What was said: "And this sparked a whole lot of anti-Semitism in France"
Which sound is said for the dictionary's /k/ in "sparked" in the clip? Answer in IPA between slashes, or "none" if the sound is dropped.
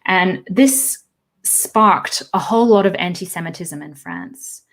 /k/